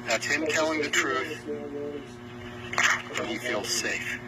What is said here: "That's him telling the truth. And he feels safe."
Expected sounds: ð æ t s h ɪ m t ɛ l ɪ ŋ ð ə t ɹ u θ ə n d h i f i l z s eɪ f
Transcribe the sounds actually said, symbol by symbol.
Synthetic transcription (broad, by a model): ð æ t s h ɪ m t ɛ l ɪ ŋ ð ə t ɹ u θ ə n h i f i l z s eɪ f